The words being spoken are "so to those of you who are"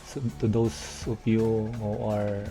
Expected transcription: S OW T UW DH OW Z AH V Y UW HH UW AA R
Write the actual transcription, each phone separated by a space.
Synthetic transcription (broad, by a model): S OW T UW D OW S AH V Y UW HH UW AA R